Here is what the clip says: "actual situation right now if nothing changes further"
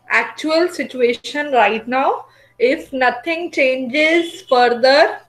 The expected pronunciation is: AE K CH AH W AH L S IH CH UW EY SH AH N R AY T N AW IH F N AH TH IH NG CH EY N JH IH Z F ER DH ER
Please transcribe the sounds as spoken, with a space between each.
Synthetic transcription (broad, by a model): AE K CH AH AH L S IH CH UW EY SH AH N R AY T N AW IH F N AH T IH NG CH EY N JH IH Z F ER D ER